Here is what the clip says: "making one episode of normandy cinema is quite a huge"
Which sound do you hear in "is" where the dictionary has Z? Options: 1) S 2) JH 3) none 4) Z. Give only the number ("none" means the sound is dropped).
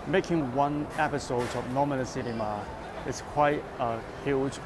1